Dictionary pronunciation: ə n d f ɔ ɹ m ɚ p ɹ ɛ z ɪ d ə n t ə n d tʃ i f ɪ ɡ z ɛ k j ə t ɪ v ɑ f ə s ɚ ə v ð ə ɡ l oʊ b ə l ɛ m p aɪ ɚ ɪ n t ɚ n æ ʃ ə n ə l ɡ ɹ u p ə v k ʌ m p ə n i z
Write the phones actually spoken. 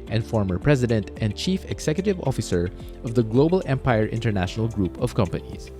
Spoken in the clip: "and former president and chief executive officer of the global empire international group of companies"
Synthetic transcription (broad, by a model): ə n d f ɔ ɹ m ɚ p ɹ ɛ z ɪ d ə n t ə n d tʃ i f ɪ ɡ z ɛ k j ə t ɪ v ɑ f ə s ɚ ə v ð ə ɡ l oʊ b ə l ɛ m p aɪ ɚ ɪ n t ɚ n æ ʃ ə n ə l ɡ ɹ u p ə v k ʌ m p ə n i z